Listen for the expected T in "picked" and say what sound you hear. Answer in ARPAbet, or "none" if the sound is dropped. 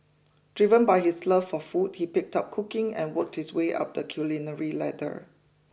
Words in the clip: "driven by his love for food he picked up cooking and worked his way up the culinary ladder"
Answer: T